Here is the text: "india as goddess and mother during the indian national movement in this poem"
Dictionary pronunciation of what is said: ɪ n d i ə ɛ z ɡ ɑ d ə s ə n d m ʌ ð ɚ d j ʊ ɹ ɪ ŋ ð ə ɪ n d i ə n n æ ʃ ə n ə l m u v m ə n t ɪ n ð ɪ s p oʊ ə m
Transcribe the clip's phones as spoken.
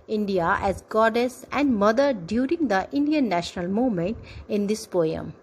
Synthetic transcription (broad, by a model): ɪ n d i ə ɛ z ɡ ɑ d ə s ə n d m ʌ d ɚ d j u ɹ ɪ ŋ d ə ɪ n d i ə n n æ ʃ ə n ə l m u m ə n t ɪ n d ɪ s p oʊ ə m